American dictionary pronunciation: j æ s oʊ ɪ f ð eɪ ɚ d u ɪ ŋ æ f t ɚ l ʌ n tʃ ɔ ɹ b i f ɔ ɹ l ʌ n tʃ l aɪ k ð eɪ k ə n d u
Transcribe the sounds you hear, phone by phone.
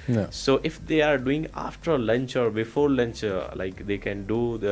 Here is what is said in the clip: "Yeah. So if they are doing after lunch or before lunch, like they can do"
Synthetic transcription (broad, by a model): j s oʊ ɪ f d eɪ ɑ d u ɪ ŋ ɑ f t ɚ l ʌ n tʃ ɔ ɹ b i f ɔ ɹ l ʌ n tʃ l aɪ k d eɪ k ə n d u